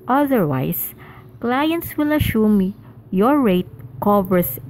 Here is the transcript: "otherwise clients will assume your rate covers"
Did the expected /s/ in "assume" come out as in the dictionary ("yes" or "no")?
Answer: no